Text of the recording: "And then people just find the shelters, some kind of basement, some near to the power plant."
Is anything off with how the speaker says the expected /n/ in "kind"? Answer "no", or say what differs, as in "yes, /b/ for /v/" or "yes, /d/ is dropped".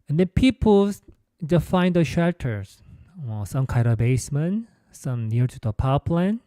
yes, /n/ is dropped